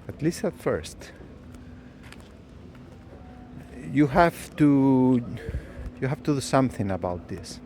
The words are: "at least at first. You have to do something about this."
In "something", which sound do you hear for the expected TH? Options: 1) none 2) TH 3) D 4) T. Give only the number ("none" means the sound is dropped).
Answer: 2